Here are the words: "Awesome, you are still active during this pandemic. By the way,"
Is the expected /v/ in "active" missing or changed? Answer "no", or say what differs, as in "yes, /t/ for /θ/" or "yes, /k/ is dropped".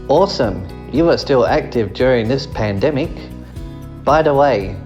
no